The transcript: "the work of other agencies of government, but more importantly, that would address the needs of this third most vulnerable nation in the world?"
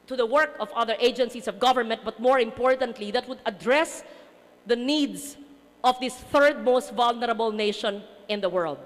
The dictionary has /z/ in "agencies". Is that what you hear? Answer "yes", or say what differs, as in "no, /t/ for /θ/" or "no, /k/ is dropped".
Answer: no, /s/ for /z/